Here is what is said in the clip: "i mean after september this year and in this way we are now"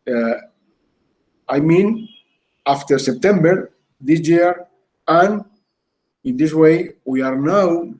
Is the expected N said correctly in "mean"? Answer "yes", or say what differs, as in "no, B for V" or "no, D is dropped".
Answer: yes